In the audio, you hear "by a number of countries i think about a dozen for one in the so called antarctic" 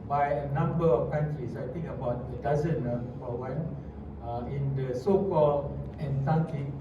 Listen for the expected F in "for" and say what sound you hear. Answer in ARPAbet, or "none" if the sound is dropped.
P